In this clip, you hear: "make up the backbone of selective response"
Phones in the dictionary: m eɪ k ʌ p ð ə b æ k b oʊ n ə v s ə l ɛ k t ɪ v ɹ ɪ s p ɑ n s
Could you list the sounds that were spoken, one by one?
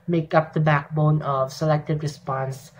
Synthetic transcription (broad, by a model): m eɪ k ʌ p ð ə b æ k b oʊ n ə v s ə l ɛ k t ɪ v ɹ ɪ s p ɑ n s